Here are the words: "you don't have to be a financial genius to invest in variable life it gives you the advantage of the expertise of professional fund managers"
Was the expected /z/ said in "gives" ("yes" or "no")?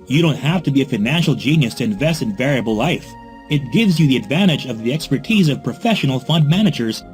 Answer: yes